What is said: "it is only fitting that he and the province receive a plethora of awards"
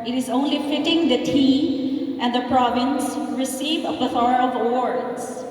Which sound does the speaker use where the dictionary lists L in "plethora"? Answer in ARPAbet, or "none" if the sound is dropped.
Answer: none